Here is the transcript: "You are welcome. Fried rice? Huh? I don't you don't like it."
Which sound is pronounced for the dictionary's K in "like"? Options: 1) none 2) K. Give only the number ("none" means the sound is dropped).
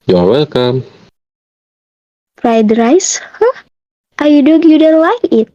1